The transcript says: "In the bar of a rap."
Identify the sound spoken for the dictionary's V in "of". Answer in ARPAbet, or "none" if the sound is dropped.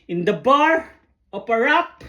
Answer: P